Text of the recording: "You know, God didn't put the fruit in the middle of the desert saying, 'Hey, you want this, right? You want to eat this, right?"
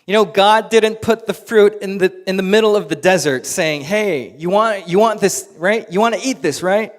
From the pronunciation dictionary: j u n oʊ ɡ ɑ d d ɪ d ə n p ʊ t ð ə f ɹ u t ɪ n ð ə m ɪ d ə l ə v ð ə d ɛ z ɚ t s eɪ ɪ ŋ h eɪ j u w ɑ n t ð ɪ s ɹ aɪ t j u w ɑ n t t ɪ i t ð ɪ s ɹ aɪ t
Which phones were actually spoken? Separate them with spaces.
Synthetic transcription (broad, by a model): j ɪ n oʊ ɡ ɑ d d ɪ d n p ʊ t ð ə f ɹ u t ɪ n ð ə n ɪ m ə l ə v ð ə d ɛ z ɚ t s eɪ ɪ ŋ h eɪ j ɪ w ɑ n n ð ɪ s ɹ aɪ t j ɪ w ɑ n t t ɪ i t ð ɪ s ɹ aɪ t